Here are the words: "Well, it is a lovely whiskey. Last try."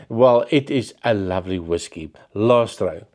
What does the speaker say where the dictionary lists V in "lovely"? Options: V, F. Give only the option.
V